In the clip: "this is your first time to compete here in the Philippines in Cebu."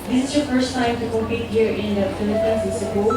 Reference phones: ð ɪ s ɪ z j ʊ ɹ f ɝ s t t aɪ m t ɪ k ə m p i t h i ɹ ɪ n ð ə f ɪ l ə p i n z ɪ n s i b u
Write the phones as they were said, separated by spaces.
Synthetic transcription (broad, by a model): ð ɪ s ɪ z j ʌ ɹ f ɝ s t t aɪ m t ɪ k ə p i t h i ɹ ɪ n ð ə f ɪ l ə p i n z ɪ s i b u